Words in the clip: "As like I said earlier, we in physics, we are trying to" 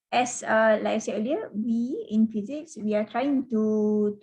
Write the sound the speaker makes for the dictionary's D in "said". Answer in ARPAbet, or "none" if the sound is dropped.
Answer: none